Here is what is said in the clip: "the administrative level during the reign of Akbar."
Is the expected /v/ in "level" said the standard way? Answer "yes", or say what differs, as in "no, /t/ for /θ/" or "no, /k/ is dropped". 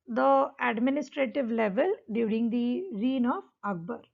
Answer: yes